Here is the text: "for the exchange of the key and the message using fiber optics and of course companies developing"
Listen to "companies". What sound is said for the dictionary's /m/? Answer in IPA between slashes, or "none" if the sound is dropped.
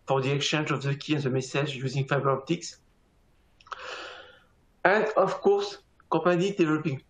none